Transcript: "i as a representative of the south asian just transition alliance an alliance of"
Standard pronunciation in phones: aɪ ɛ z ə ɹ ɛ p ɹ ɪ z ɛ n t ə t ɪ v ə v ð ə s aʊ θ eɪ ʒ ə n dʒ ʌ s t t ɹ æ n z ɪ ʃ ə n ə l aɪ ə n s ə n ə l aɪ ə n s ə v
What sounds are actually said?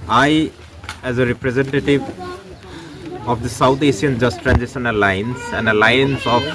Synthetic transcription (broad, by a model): aɪ ɛ z ə ɹ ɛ p ɹ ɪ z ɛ n t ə t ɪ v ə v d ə s aʊ t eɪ s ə n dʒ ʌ s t t ɹ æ n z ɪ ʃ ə n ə l aɪ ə n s ə n ə l aɪ ə n s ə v